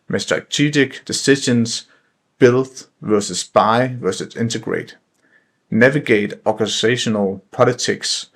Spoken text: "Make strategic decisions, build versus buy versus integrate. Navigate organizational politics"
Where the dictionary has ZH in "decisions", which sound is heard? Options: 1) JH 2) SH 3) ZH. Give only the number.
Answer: 2